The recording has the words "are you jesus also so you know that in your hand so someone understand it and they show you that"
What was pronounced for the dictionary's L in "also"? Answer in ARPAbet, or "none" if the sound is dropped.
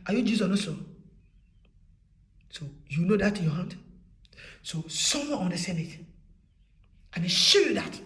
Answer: none